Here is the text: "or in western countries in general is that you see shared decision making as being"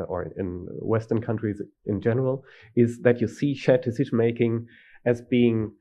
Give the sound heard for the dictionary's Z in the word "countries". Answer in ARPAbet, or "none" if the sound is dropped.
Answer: Z